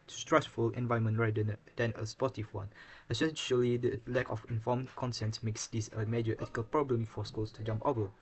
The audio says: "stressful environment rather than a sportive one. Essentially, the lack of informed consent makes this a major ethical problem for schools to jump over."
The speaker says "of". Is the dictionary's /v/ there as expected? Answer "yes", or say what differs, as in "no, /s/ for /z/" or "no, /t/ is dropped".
no, /f/ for /v/